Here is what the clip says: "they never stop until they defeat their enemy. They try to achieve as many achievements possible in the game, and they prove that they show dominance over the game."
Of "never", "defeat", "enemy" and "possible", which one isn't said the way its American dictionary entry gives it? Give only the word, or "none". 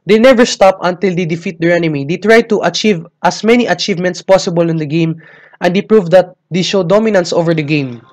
none